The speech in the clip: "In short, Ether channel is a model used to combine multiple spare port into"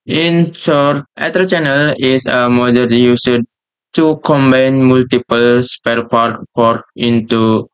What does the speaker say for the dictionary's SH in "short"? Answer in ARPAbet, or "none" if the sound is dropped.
S